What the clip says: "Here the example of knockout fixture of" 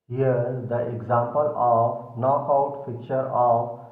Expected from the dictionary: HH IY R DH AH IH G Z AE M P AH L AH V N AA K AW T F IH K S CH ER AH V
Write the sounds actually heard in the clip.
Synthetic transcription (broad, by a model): HH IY R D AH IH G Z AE M P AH L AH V N AA K AW T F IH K CH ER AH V